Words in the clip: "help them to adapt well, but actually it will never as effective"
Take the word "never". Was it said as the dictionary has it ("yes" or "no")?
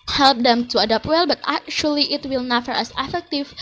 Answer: no